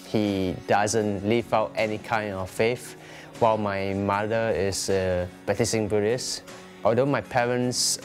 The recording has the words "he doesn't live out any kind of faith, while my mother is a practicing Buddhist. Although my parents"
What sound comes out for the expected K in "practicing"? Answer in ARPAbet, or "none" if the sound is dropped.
none